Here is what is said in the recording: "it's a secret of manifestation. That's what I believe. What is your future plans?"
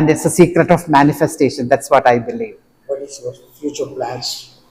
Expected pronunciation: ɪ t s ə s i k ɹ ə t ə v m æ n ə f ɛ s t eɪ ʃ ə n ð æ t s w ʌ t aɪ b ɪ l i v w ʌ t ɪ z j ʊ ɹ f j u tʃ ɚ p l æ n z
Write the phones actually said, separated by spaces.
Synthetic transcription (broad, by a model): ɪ t s ə s i k ɹ ə t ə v m æ n ə f ɛ s t eɪ ʃ ə n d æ t s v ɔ t aɪ b ɪ l i v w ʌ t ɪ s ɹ f j u tʃ ɚ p l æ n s